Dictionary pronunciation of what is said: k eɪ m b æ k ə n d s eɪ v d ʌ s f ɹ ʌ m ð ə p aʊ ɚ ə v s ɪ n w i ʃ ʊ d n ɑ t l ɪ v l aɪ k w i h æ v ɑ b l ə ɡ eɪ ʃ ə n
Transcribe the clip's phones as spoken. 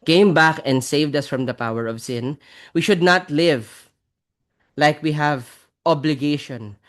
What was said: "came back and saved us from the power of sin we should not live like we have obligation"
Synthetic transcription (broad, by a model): k eɪ m b æ k ə n d s eɪ v d ʌ s f ɹ ʌ m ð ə p aʊ ɚ ə v s ɪ n w i ʃ ʊ d n ɑ t l ɪ v l aɪ k w i h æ v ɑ b l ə ɡ eɪ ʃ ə n